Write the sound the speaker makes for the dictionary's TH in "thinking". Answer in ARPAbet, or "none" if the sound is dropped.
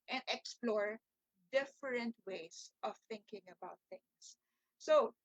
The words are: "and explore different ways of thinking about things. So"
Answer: TH